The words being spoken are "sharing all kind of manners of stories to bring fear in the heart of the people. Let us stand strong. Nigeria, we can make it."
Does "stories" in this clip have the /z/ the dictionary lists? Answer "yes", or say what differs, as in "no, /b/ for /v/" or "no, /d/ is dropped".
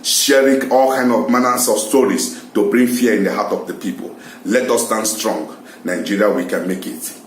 no, /s/ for /z/